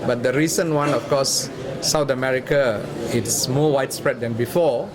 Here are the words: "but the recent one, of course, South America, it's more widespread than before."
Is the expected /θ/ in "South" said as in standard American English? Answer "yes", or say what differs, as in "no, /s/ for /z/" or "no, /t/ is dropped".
no, /t/ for /θ/